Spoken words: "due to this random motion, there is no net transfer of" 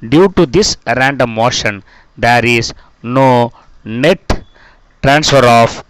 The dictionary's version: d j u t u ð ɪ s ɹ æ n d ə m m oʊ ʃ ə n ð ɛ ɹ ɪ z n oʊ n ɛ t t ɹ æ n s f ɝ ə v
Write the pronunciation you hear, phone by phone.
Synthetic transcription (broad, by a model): d j u t u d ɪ s ɹ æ n d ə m m oʊ ʃ ə n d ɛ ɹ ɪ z n oʊ n ɛ t t ɹ æ n s f ɝ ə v